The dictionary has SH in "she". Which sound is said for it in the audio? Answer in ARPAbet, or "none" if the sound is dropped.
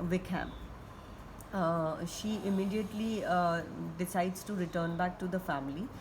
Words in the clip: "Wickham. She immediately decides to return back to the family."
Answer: SH